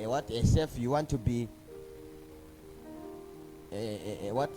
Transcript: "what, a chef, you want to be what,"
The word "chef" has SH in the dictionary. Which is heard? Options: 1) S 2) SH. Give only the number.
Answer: 1